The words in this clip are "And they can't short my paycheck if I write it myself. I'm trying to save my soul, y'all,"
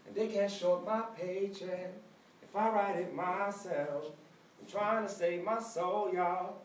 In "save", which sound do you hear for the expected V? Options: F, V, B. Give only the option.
V